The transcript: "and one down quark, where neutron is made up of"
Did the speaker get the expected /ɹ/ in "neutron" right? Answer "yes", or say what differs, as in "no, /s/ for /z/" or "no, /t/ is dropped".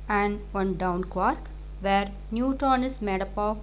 no, /ɹ/ is dropped